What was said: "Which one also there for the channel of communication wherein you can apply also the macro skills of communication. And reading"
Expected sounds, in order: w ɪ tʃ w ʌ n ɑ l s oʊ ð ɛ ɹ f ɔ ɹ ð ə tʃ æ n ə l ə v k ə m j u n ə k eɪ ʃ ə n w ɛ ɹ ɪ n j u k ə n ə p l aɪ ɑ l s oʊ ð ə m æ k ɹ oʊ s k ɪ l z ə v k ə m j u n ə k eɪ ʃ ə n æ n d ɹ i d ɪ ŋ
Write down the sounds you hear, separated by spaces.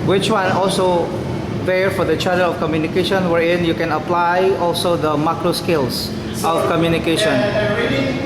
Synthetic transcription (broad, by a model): w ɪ tʃ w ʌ n ɑ l s oʊ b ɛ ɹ f ɔ ɹ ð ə tʃ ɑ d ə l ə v k ə m j u n ə k eɪ ʃ ə n w ɛ ɹ ɪ n j u k ə n ə p l aɪ ɑ l s oʊ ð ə m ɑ k ɹ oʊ s k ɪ l s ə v k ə m j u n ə k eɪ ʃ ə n n